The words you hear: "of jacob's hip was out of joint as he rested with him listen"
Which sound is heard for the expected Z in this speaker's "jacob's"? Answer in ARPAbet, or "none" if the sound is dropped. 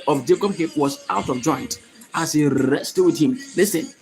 none